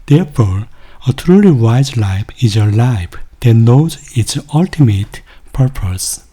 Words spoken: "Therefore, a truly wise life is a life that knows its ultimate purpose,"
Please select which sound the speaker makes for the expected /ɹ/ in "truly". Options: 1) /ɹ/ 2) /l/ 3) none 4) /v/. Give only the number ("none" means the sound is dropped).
1